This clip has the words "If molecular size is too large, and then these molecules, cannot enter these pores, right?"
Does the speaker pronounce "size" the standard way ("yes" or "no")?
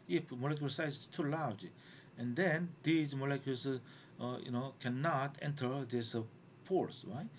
no